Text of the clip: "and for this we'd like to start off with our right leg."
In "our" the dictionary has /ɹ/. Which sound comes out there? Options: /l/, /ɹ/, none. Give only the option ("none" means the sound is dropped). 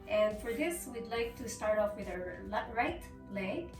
/l/